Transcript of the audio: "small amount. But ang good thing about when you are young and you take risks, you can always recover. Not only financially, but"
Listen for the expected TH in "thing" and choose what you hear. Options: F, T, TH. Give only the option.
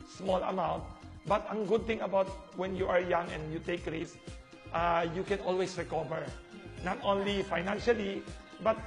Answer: T